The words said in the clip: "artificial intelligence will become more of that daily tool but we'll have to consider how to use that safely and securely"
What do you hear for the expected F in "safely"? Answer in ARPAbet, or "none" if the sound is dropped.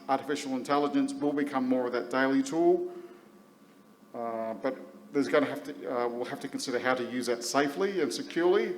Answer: F